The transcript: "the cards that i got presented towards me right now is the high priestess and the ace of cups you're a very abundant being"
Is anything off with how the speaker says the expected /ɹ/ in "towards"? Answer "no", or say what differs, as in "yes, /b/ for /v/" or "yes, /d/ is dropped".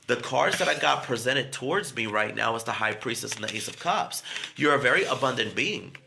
no